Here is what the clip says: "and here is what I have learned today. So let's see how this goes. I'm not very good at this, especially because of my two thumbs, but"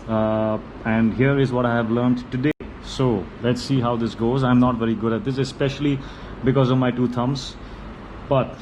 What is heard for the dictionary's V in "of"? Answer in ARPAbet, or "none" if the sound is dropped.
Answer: V